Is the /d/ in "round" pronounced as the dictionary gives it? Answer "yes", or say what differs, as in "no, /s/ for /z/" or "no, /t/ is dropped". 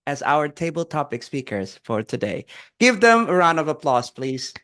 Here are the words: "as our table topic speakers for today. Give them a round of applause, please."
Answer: no, /d/ is dropped